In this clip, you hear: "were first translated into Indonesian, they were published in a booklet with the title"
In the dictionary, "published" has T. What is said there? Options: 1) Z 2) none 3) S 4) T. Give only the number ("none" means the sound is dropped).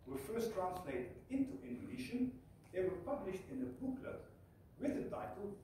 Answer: 4